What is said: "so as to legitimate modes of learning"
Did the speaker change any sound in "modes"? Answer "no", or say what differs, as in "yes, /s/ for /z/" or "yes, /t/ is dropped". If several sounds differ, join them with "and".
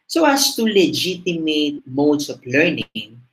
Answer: yes, /s/ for /z/